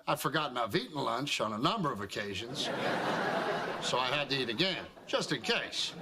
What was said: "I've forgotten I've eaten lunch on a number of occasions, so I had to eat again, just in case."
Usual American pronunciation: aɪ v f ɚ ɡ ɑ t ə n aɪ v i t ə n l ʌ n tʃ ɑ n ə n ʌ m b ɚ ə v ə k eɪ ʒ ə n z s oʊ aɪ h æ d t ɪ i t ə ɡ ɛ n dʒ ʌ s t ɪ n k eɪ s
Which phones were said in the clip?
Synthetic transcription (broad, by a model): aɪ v f ɚ ɡ ɑ t n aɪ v i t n l ʌ n tʃ n ə n ʌ m b ɚ ə v ə k eɪ ʒ ə n z s oʊ aɪ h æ d t ɪ i t ə ɡ ɛ n dʒ ʌ s t ɪ n k eɪ s